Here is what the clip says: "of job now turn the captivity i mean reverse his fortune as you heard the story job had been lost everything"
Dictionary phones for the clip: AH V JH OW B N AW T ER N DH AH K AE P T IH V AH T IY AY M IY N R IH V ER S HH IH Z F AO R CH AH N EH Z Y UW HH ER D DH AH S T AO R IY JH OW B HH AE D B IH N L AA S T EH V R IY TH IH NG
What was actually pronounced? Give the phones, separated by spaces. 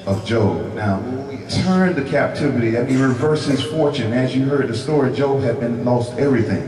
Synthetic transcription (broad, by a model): AH V JH OW B N AW T ER N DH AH K AE P T IH V AH T IY AY M IY N R IH V ER S HH IH Z F AO R CH AH N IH Z Y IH HH ER D DH AH S T AO R IY JH OW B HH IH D B IH N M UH S T EH V R IY TH IH NG